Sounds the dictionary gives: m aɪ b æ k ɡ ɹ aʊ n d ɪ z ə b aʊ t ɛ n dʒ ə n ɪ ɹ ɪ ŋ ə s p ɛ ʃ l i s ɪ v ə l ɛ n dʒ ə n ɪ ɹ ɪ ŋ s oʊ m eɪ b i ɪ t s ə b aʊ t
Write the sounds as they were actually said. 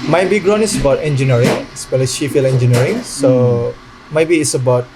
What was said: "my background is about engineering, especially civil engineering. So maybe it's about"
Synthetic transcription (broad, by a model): m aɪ b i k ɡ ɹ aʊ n ɪ s ə b aʊ t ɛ n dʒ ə n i ɹ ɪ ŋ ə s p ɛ l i ʃ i f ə l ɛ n dʒ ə n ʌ ɹ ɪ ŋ s oʊ m eɪ b i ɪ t s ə b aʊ t